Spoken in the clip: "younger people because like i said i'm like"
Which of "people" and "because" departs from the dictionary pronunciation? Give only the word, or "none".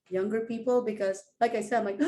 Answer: none